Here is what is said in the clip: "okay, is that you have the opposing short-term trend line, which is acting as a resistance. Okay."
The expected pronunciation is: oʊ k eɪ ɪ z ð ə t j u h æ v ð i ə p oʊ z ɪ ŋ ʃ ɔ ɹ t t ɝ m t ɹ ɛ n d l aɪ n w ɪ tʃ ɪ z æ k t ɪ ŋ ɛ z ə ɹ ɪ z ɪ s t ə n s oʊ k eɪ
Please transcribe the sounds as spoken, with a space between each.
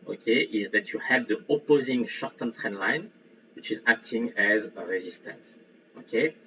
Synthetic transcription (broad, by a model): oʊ k eɪ ɪ z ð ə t j u h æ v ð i ə p oʊ z ɪ ŋ ʃ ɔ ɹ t t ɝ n t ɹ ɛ n l aɪ n w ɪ tʃ ɪ z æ k t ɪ ŋ ɛ z ə ɹ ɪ z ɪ s t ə n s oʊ k eɪ